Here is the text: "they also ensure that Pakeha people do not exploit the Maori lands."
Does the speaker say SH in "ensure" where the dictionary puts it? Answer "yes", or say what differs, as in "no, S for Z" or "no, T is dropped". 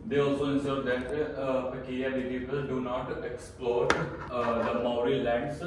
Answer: no, S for SH